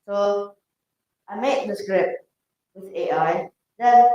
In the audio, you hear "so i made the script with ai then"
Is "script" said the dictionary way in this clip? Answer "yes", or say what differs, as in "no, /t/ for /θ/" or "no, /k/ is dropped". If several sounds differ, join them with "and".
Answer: yes